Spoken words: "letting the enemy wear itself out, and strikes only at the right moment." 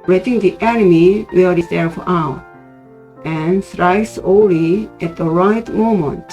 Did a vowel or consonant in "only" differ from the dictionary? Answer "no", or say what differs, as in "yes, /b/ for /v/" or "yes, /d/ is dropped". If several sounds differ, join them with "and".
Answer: yes, /n/ is dropped